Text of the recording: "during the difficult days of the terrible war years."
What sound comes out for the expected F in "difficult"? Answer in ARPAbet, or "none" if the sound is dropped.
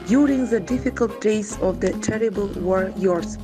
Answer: F